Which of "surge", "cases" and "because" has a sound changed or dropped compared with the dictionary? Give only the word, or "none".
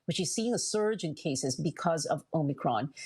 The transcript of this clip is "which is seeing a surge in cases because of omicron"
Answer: none